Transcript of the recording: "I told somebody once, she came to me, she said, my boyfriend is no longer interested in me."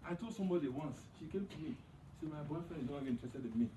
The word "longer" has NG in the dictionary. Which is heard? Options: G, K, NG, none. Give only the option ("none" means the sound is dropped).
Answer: none